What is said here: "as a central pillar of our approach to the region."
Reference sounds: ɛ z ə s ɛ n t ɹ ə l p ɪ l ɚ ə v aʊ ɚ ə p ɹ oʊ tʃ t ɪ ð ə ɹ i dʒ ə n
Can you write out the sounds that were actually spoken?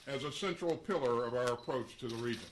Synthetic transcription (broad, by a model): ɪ z ə s ɛ n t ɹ l p ɪ l ɚ ə v aʊ ɚ ə p ɹ oʊ tʃ t ɪ ð ə ɹ i dʒ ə n